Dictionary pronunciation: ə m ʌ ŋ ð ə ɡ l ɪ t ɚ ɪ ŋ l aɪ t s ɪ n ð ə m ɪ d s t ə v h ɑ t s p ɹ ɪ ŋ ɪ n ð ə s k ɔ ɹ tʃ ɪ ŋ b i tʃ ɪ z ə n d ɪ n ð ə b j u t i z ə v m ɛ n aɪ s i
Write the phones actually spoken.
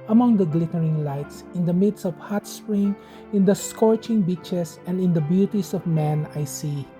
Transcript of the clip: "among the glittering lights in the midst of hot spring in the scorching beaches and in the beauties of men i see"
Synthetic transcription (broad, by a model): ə m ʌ ŋ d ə ɡ l ɪ t ɚ ɪ ŋ l aɪ t s ɪ n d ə m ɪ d s ə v h ɑ t s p ɹ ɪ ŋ ɪ n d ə s k ɔ ɹ tʃ ɪ ŋ b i tʃ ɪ s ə n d ɪ n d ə b j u t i s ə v m ɛ n aɪ s i